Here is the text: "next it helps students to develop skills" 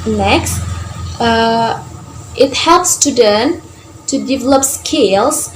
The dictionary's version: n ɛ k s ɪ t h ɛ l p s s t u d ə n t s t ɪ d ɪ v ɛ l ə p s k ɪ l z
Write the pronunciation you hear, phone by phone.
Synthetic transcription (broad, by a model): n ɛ k s ɪ t h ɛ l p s s t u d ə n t t ɪ d ɪ v ɛ l ə p s k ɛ l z